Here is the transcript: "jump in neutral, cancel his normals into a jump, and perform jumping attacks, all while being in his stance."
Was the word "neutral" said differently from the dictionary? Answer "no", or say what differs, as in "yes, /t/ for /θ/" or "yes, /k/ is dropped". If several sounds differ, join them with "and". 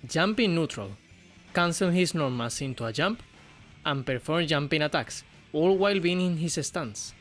no